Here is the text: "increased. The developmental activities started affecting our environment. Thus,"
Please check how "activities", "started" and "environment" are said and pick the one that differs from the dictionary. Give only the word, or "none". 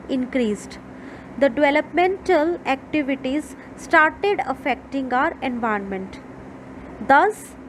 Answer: environment